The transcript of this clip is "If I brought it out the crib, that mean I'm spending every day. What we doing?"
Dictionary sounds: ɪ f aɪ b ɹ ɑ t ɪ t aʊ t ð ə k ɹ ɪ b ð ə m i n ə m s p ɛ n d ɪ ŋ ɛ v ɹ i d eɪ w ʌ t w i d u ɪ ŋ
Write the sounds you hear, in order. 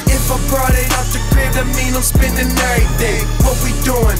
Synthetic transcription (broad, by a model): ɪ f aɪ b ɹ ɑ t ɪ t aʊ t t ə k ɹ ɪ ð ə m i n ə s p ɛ n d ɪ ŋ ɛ ɹ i d eɪ w ʌ t w i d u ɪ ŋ